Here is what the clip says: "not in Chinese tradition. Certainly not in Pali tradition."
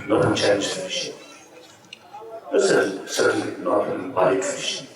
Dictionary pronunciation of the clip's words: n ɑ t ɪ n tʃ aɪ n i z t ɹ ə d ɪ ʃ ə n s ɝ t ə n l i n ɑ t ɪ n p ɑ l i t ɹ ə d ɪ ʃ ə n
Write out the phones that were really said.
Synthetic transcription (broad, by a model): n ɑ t ɪ n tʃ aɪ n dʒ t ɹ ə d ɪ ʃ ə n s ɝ s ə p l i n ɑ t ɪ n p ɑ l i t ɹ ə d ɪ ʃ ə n